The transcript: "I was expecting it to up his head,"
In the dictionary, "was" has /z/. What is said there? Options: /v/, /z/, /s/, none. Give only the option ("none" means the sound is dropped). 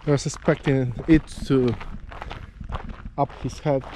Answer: /s/